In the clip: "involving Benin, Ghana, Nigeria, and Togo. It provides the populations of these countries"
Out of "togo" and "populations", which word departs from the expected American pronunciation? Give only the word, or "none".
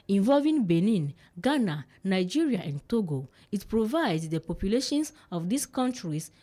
populations